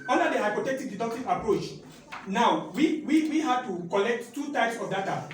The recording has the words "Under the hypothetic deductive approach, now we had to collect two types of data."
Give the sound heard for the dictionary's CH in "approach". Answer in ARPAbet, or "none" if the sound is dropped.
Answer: CH